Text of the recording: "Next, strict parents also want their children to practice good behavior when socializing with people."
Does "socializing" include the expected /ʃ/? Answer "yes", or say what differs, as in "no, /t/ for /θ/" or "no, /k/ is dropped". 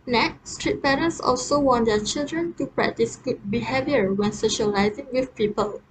yes